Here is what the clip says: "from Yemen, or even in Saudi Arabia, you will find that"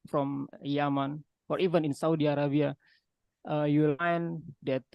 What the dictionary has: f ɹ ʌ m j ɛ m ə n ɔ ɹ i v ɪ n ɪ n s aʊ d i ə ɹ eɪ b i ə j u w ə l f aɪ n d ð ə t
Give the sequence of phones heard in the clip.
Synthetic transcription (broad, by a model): f ɹ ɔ m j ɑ m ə n ɔ ɹ i v ɪ n ɪ n s aʊ d i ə ɹ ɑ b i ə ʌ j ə l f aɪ n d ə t